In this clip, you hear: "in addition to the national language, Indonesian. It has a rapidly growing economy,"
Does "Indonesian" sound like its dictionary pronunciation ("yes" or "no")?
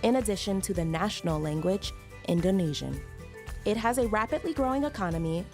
yes